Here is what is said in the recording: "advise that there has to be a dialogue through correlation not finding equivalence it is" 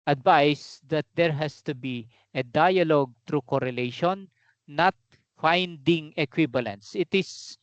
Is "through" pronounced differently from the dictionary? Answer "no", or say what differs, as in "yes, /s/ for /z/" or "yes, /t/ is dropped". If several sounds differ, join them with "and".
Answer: yes, /t/ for /θ/